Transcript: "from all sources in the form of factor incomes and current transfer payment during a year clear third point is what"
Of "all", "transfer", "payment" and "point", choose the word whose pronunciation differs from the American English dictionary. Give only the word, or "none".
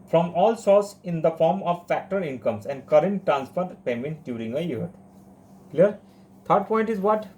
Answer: transfer